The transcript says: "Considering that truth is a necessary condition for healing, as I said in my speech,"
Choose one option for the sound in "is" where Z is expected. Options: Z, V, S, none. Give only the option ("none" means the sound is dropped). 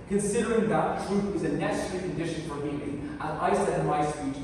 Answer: Z